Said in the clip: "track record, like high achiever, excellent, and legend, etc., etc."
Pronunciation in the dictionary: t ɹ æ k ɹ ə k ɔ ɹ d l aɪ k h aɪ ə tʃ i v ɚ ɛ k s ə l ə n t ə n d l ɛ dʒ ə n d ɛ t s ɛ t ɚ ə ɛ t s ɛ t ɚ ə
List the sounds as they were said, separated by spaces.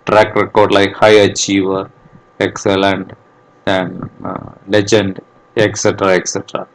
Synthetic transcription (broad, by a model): t ɹ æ k ɹ ə k ɔ ɹ d l aɪ k h aɪ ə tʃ i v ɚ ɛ k s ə l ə n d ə n l ɛ dʒ ə n d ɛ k s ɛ t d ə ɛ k s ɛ t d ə